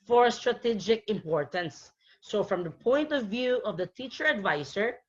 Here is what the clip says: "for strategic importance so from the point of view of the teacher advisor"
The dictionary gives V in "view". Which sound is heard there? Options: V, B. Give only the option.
V